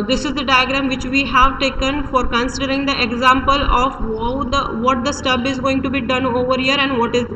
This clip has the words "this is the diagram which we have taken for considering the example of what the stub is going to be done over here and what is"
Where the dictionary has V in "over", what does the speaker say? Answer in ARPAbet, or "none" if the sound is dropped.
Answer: V